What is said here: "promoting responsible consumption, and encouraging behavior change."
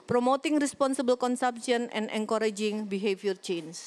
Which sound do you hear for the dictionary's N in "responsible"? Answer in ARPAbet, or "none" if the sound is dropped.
N